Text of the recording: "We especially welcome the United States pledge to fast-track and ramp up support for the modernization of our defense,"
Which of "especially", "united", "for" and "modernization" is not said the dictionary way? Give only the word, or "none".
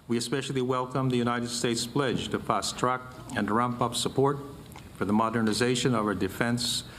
none